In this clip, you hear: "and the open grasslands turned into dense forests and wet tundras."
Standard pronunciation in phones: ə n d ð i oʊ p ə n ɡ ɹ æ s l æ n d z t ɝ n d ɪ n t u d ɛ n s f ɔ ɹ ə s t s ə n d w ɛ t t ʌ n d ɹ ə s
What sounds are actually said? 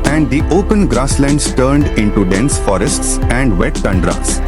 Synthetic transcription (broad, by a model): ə n d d i oʊ p ə n ɡ ɹ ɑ s l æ n d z t ɝ n d ɪ n t u d ɛ n s f ɔ ɹ ə s t s ə n d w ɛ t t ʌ n d ɹ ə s